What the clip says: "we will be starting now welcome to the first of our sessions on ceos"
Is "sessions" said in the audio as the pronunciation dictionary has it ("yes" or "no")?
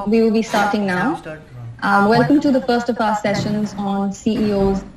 yes